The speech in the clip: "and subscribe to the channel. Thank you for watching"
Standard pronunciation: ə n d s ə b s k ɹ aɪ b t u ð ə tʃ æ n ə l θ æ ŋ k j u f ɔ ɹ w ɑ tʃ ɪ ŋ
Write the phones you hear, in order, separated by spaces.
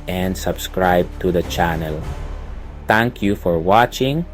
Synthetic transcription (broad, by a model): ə n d s ə b s k ɹ aɪ b t u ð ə tʃ æ n ə l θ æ ŋ k j u f ɔ ɹ w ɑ tʃ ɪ ŋ